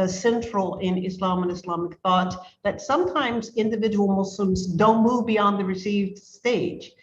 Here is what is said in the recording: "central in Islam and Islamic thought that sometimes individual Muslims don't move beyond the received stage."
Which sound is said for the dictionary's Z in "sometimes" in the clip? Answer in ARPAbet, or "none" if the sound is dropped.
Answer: Z